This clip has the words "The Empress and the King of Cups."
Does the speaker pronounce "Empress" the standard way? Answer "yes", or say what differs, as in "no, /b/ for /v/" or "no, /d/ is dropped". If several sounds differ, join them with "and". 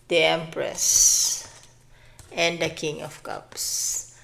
yes